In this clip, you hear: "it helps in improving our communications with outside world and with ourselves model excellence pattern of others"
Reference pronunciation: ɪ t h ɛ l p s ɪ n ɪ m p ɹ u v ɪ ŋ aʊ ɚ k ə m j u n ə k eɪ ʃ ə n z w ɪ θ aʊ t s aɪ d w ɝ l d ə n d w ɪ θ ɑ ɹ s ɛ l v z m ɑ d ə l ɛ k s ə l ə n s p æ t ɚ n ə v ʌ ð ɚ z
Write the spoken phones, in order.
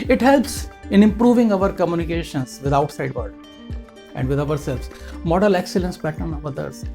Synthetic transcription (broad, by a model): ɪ t h ɛ l p s ɪ n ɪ m p ɹ u v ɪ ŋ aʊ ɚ k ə m j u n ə k eɪ ʃ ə n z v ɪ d aʊ t s aɪ d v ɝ d ə n d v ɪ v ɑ ɹ s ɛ l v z m ɑ d ə l ɛ k s ə l ə n s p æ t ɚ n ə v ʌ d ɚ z